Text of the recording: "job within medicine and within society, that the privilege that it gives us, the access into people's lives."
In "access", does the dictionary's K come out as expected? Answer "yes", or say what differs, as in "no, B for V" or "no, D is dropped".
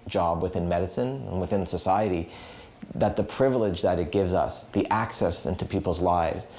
yes